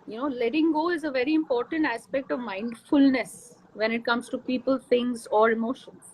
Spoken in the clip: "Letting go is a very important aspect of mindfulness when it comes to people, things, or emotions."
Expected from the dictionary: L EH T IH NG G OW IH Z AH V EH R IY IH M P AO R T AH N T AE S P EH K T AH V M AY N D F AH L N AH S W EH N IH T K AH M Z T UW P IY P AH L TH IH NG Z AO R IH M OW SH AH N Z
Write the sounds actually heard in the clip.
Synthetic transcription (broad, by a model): L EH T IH NG G OW IH Z AH V EH R IY IH M P AO R T AH N T AE S P EH K T AH V M AY N D F AH L N AH S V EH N IH T K AH M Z T UW P IY P AH L T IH NG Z AO R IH M OW SH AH N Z